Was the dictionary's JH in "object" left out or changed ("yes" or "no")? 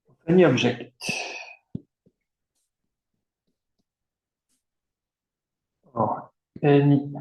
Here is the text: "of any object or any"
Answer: yes